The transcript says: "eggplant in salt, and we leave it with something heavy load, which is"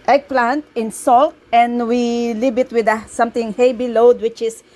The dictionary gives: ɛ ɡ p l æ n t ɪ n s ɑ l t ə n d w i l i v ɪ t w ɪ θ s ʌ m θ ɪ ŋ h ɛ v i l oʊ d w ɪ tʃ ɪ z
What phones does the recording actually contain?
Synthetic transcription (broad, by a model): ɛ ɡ p l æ n t ɪ n s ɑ l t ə n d w i l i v ɪ t w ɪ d s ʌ m t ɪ ŋ h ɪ b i l oʊ d w ɪ tʃ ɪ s